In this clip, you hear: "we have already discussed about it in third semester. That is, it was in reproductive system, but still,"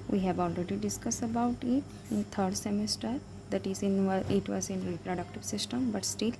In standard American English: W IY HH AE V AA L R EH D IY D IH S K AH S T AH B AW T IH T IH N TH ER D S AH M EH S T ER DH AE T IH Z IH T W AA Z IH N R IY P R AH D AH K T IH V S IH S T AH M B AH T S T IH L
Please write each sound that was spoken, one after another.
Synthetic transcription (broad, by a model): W IY HH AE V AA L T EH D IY D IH S K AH S AH B AW T IH T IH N T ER D S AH M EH S T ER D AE T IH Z IH T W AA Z IH N R IY P R AH D AH K T IH V S IH S T AH M B AH T S T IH L